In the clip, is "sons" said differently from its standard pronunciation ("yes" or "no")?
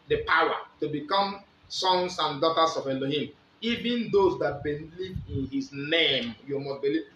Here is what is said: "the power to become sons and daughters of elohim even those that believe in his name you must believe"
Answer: yes